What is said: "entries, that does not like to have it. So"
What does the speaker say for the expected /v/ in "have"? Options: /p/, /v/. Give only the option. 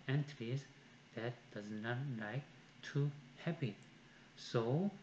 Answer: /p/